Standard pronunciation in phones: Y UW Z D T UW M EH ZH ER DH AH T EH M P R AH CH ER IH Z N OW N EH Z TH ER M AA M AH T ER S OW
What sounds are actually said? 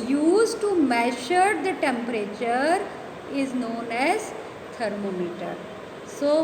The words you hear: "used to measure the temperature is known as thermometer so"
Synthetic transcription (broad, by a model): Y UW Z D T UW M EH SH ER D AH T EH M P R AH CH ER IH Z N OW N EH Z T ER M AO M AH T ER S OW